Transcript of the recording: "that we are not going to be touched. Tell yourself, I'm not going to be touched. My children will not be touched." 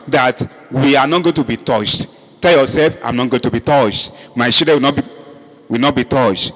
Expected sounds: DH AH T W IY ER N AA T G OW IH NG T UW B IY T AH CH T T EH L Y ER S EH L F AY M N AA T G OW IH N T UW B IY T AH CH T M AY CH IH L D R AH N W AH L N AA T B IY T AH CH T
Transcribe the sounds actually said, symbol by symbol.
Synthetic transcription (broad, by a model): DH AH T W IY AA N AA T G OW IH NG T UW B IY T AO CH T T EH L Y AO S EH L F AY M N AA T G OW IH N T UW B IY T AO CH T M AY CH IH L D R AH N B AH W N AA T B IY T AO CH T